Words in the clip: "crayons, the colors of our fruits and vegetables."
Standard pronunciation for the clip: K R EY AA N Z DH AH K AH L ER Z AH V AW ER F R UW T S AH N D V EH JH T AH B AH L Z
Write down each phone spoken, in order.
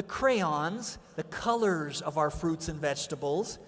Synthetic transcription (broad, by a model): K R EY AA N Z DH AH K AH L ER Z AH V AW ER F R UW T S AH N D V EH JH T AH B L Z